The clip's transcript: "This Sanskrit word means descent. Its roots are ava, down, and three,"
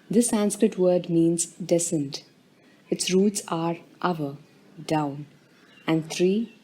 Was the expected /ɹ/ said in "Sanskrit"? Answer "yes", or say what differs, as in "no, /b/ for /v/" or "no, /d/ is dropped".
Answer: yes